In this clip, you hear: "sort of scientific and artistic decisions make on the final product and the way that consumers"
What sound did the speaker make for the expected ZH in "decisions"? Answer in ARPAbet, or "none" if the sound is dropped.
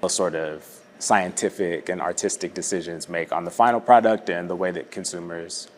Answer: ZH